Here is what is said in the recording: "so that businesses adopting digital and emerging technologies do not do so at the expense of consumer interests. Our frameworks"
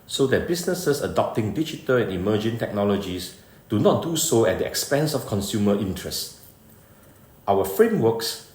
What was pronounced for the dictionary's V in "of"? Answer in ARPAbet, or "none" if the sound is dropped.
F